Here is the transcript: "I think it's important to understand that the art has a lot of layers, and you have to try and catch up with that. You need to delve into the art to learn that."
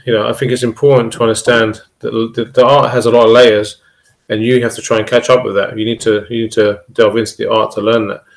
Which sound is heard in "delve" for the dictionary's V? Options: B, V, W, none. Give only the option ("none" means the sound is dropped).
V